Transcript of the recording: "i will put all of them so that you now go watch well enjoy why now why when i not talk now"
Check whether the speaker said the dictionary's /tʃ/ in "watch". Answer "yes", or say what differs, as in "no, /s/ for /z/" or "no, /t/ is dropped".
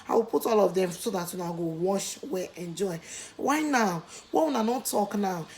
no, /ʃ/ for /tʃ/